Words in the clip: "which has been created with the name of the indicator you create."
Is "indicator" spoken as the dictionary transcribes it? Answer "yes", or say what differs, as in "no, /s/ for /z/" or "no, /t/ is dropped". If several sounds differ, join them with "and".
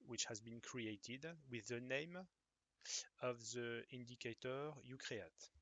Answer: yes